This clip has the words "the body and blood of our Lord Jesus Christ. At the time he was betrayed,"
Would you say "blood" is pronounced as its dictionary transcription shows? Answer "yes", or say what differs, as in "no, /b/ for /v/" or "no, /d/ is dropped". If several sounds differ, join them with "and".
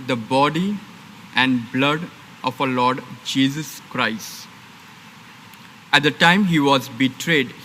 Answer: yes